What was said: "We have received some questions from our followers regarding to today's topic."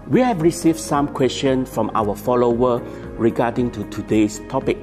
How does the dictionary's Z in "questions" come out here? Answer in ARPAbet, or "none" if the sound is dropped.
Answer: none